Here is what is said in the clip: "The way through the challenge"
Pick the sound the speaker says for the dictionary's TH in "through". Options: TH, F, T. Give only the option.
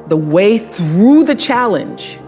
TH